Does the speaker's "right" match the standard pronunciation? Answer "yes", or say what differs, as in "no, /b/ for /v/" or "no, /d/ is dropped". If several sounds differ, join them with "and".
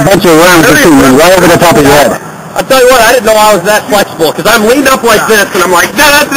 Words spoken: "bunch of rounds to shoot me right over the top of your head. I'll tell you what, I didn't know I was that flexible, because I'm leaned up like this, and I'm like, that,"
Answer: no, /w/ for /ɹ/